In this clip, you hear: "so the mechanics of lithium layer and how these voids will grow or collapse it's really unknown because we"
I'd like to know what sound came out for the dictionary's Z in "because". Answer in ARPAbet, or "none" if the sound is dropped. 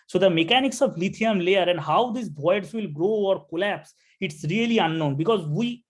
Z